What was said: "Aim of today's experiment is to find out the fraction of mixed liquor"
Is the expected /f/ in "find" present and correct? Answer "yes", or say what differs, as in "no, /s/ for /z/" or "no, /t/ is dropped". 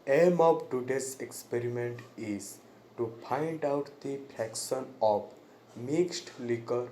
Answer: no, /p/ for /f/